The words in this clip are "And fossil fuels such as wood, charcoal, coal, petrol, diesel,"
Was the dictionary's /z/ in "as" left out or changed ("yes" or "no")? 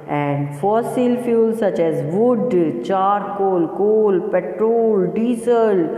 no